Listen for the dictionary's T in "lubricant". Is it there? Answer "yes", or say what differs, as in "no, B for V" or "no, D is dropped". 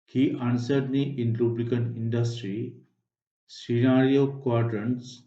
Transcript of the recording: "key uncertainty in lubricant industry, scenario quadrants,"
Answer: no, T is dropped